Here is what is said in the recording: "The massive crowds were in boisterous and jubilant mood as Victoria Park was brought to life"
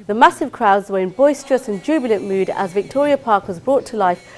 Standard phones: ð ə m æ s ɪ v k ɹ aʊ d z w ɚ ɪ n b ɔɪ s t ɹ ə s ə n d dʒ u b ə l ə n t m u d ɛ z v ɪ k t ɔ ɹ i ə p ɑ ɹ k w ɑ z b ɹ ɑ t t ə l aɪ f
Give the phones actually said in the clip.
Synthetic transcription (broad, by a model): ð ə m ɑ s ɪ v k ɹ aʊ d z w ɚ ɪ n b ɔɪ s t ɹ ə s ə n dʒ u b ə l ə n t m u d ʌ z v ɪ k t ɔ ɹ i ə p ɑ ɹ k w ɑ z b ɹ ɑ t t ə l aɪ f